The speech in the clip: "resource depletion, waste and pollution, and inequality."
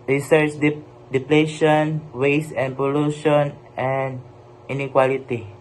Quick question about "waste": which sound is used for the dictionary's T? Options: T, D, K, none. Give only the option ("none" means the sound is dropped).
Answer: none